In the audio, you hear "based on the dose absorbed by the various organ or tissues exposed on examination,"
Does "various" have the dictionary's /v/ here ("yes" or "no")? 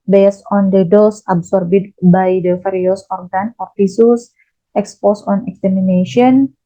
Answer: no